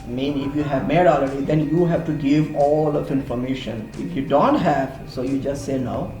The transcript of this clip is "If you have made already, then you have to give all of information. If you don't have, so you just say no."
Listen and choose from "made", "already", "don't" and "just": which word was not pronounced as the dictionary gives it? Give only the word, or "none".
already